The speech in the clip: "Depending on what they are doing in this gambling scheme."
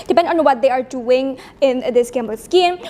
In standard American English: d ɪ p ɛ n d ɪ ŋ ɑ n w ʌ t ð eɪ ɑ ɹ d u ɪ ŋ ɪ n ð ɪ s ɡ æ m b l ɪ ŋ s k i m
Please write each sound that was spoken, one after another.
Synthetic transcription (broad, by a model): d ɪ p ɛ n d ɑ n w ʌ t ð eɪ ɑ ɹ d u ɪ ŋ ɪ n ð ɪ s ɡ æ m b ɪ s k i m